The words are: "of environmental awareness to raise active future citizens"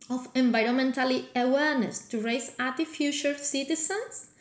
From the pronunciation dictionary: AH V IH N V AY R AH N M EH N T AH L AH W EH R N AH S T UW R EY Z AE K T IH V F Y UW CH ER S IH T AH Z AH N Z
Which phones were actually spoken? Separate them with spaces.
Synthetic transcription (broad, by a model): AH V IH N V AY R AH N M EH N T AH L AH W EH R N AH S T UW R EY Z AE T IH F Y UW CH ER S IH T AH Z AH N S